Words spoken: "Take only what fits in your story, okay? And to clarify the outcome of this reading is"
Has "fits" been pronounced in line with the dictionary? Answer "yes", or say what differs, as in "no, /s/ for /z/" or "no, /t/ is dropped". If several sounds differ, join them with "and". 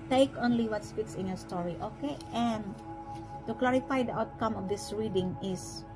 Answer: no, /p/ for /f/